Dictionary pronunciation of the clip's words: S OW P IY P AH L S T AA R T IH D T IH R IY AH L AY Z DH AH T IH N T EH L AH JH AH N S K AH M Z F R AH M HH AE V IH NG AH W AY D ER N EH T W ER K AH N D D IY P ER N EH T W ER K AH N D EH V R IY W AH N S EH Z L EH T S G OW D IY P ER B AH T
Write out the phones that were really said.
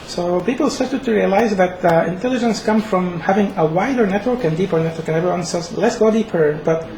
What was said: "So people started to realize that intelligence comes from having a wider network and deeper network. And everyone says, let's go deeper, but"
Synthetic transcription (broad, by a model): S OW P IY P L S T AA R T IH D T IH R IY AH L AY Z DH AH T IH N T EH L AH JH AH N S K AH M F R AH M HH AE V IH NG AH W AY D ER N EH T W ER K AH N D D IY P ER N EH T W ER K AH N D EH V R IY W AH N S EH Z L EH T S G OW D IY P ER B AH T